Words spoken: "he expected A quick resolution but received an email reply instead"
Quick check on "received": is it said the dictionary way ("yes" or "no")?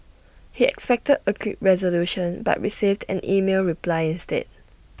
yes